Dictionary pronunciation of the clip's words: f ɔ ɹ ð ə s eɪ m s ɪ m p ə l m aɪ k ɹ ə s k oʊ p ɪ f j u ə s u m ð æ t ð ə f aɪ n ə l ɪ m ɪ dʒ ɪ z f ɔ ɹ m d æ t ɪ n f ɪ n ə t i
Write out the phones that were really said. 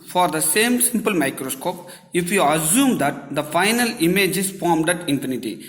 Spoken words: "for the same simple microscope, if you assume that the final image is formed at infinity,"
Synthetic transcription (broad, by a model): f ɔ ɹ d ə s eɪ m s ɪ m p ə l m aɪ k ɹ ə s k oʊ p ɪ f j u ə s u m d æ t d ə f aɪ n ə l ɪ m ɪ dʒ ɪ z f ɔ ɹ m d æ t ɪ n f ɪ n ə t i